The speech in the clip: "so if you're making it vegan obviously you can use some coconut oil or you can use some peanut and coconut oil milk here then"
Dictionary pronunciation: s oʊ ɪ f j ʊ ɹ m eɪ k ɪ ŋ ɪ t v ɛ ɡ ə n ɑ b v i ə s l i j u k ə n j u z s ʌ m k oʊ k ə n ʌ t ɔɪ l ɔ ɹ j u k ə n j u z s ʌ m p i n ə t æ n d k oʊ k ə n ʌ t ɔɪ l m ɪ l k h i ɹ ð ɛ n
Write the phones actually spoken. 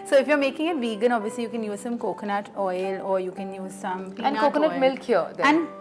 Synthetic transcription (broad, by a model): s oʊ ɪ f j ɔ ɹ m eɪ k ɪ ŋ ɪ t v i ɡ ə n ɑ b v i ə s l i j u k ə n j u z s ʌ m k oʊ k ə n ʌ t ɔɪ l ɔ ɹ j u k ə n j u z s ʌ m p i ə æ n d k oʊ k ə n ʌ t m ɪ l k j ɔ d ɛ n